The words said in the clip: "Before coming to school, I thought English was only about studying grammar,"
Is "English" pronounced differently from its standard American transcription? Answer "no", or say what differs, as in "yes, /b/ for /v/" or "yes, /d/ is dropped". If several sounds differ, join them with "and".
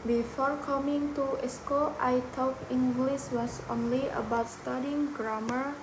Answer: yes, /s/ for /ʃ/